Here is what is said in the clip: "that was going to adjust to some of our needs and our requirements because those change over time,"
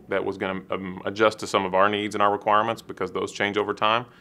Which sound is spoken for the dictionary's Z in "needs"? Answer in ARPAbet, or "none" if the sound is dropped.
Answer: Z